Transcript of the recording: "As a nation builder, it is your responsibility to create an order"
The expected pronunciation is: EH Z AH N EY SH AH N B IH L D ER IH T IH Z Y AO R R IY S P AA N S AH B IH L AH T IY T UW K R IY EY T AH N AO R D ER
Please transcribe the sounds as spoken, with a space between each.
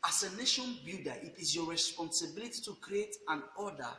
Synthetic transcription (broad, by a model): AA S AH N EY SH AH N B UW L D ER IH T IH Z Y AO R R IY S P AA N S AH B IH L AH T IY T UW K R IY EY T AH N AO D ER